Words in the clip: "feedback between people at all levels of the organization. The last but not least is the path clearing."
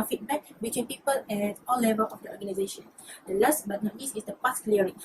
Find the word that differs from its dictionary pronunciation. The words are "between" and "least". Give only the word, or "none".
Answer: least